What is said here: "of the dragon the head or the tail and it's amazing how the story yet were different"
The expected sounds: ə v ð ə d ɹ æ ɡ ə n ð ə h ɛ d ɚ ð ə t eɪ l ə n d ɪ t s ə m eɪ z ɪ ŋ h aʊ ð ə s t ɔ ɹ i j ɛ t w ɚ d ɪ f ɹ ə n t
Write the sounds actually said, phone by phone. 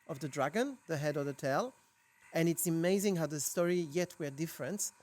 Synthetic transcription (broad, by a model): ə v ð ə d ɹ æ ɡ ə n ð ə h ɛ d ɚ ð ə t eɪ l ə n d ɪ t s ə m eɪ z ɪ ŋ h aʊ ð ə s t ɔ ɹ i j ɛ t w ɚ d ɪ f ɹ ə n t